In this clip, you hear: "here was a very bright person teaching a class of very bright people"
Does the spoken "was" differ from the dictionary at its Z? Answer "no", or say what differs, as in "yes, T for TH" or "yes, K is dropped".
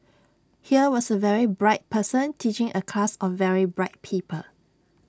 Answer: yes, S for Z